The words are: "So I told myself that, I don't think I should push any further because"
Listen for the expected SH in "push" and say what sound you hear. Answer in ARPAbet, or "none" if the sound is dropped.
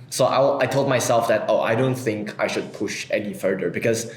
SH